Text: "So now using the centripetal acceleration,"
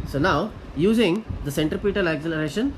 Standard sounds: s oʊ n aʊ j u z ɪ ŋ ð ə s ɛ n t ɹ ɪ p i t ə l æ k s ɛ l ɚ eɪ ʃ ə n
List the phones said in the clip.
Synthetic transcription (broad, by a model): s oʊ n aʊ j u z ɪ ŋ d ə s ɛ n t ɹ ɪ p i t ə l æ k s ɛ l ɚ eɪ ʃ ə n